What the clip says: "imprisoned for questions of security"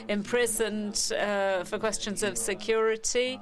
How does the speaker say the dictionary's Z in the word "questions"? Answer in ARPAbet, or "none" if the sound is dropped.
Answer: Z